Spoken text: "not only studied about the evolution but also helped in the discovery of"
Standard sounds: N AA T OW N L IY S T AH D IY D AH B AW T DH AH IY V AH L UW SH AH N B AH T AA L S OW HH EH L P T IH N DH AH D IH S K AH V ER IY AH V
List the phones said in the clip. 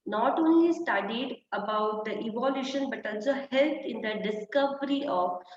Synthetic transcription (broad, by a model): N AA T OW N L IY S T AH D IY D AH B AW T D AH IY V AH L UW SH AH N B AH T AA L S OW HH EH L T IH N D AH D IH S K AH V ER IY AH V